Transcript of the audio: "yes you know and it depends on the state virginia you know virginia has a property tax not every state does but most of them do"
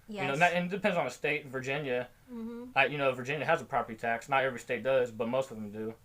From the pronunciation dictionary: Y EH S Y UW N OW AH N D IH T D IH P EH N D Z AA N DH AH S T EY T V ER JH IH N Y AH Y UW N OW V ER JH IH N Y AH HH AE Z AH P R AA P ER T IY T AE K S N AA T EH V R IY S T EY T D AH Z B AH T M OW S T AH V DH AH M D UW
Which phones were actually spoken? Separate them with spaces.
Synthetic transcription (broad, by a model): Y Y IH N OW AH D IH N D IH P EH N D Z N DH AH S T EY T V ER JH IH N Y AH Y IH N OW V ER JH IH N Y AH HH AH Z AH P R AA P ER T IY T AE K S N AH T EH V R IY S T EY T D AH Z B AH T M OW S T AH V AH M D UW